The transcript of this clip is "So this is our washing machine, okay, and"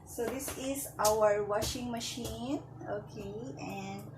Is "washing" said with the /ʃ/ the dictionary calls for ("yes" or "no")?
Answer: yes